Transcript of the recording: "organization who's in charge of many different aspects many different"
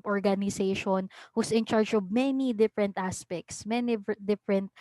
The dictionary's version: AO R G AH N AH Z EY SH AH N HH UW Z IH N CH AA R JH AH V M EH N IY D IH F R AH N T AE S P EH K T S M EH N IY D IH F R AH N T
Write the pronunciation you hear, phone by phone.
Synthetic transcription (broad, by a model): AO R G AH N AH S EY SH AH N HH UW S IH N CH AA R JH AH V M EH N IY D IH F R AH N T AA S P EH K T S M EH N IY D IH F R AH N T